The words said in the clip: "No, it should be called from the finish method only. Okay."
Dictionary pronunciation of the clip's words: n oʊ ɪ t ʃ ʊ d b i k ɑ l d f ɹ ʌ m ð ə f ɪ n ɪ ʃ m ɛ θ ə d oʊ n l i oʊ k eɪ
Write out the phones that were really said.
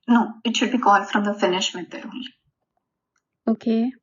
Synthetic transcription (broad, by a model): n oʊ ɪ t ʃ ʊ d b i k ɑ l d f ɹ ʌ m ð ə f ɪ n ɪ ʃ m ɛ t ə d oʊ l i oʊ k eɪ